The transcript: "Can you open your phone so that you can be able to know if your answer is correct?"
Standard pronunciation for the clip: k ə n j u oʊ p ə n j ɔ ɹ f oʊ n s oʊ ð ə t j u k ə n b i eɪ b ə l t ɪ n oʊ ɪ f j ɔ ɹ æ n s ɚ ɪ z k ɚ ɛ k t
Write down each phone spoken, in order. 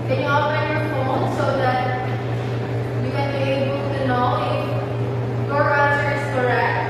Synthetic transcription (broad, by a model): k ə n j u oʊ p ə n j ɔ ɹ f oʊ n s oʊ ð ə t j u k ə n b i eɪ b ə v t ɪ n oʊ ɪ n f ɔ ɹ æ s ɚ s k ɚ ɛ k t